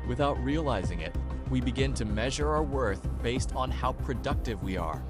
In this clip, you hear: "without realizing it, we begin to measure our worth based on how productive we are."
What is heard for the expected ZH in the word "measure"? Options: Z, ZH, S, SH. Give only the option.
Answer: ZH